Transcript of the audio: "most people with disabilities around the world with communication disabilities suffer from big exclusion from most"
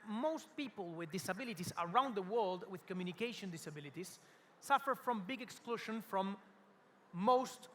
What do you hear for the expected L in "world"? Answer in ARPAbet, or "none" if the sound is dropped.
L